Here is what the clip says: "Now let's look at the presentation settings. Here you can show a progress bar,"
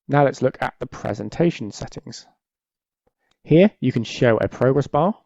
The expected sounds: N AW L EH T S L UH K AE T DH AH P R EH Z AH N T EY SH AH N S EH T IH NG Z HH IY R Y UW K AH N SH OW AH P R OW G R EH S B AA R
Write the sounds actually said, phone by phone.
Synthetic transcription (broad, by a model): N AW L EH T S L UH K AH T DH AH P R EH Z AH N T EY SH AH N S EH T IH NG Z HH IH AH Y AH K AH N SH OW AH P R OW G R EH S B AA